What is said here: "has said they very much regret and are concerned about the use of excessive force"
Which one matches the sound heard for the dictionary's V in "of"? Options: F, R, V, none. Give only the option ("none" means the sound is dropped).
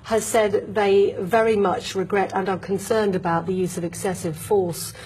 V